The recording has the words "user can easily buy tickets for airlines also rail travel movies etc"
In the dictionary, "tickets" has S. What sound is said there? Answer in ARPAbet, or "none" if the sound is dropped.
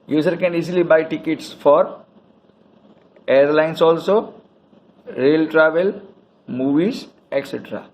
S